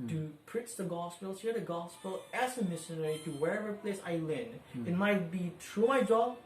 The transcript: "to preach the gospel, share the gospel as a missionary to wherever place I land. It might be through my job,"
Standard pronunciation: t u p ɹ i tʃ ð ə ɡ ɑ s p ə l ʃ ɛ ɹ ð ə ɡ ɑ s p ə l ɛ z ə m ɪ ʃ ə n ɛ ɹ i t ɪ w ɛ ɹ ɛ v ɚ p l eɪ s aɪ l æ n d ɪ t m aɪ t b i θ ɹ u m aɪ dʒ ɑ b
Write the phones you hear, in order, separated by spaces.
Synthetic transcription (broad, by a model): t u p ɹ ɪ s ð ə ɡ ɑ s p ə l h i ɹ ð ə ɡ ɑ s p ə l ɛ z ə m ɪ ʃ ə n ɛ ɹ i t ɪ w ɛ ɹ ɛ v ɚ p l eɪ s aɪ l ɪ n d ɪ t m aɪ t b i t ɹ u m aɪ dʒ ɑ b